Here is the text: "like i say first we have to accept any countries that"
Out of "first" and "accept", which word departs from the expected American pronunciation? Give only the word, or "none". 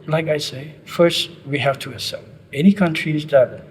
accept